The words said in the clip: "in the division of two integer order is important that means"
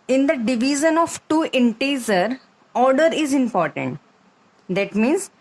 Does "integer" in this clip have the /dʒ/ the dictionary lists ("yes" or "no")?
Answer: no